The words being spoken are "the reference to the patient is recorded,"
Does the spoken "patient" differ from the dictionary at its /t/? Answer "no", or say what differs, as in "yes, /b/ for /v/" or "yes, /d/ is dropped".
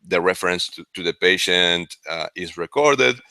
no